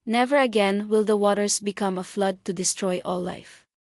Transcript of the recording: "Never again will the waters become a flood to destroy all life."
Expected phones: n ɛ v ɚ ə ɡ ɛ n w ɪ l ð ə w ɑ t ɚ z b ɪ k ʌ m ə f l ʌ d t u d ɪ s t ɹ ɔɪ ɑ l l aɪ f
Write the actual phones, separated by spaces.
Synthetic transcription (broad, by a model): n ɛ v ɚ ə ɡ ɛ n w ɪ l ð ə w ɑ t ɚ s b ɪ k ʌ m ə f l ʌ d t u d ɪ s t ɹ ɔɪ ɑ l l aɪ f